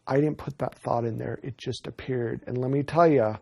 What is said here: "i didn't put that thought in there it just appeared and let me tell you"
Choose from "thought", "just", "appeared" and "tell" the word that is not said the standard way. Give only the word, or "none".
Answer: none